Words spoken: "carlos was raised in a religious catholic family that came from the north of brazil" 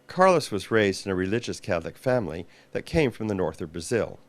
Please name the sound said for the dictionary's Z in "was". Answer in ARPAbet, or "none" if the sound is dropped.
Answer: Z